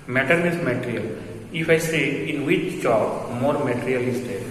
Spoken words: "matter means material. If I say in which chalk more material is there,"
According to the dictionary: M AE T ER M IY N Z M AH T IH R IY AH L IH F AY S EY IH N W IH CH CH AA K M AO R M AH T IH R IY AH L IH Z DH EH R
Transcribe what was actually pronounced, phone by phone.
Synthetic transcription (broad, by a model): M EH T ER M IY Z M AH T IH R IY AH L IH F AY S EY IH N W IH CH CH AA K M AO R M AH T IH R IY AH L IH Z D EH R